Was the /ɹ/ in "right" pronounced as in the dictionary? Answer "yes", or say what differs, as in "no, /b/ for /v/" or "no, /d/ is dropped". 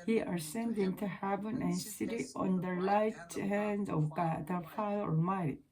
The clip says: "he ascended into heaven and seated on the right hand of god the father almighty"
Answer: no, /l/ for /ɹ/